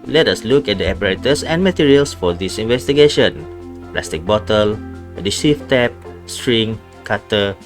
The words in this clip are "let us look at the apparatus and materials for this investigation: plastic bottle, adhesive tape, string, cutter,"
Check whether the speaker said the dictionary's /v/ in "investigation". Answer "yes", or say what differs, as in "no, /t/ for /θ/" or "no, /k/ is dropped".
yes